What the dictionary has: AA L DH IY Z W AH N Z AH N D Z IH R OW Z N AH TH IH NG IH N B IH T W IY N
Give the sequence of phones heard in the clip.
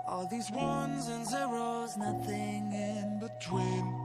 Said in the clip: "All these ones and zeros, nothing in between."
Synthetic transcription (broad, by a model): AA L DH IY Z W AH N Z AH N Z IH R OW Z N AH TH IH NG IH N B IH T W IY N